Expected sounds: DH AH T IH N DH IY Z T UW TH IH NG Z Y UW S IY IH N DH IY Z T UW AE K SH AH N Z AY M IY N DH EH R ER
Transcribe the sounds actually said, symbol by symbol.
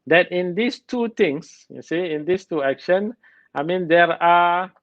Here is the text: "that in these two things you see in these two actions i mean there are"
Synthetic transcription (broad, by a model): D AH T IH N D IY S T UW T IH NG S Y UW S IY IH N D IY S T UW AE K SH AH N AY M IY N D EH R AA